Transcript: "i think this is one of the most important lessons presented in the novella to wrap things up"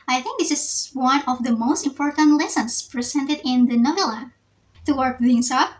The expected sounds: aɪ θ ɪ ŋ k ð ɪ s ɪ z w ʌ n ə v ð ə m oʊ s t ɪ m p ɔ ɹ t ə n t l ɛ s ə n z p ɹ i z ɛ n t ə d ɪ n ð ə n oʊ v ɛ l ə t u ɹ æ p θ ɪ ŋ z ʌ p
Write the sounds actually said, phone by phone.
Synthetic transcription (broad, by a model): aɪ θ ɪ ŋ k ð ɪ s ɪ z w ʌ n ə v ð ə m oʊ s t ɪ m p ɔ ɹ t ə n t l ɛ s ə n s p ɹ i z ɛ n t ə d ɪ n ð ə n oʊ v ɛ l ə t u w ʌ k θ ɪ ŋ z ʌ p